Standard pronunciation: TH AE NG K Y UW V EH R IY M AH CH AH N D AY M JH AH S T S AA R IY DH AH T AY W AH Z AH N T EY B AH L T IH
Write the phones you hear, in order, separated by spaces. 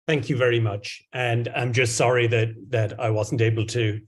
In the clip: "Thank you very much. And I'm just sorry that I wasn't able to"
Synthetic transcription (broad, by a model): TH AE NG K Y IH V EH R IY M AH CH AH N AY M JH AH S T S AA R IY DH AH T AY W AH Z N T EY B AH L T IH